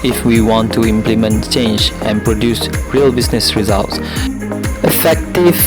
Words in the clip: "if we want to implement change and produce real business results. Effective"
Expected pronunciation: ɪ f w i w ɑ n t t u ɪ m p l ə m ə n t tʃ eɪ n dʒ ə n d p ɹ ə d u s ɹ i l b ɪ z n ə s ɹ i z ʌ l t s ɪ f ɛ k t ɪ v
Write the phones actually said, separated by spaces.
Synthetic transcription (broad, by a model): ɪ f w i w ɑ n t t u ɪ m p l ə m ə n t tʃ eɪ n dʒ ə n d p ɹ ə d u s ɹ i l b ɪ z n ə s ɹ i z ʌ l t s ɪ f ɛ k t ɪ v